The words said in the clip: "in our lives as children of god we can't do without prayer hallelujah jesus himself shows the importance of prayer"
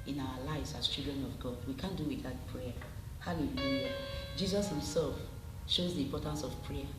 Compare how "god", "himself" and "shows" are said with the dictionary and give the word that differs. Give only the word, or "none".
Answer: none